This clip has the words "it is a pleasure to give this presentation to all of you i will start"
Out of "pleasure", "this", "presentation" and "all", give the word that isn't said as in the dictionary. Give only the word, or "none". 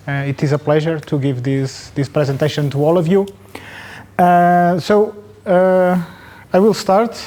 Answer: none